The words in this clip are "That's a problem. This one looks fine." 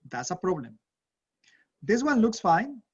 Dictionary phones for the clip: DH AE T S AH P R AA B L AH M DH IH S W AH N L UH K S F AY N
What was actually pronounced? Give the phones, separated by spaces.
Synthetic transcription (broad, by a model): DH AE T S AH P R AA B L AH M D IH S W AH N L UH K S F AY N